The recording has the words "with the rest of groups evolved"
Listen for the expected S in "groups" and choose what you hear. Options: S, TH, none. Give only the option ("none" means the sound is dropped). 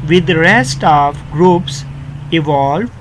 S